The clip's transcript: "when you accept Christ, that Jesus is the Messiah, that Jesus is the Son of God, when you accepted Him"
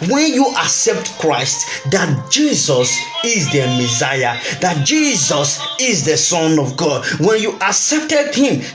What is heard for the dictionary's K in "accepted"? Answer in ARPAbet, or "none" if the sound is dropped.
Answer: K